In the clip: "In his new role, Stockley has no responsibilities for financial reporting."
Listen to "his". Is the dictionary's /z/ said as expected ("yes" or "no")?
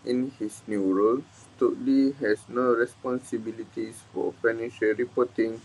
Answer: no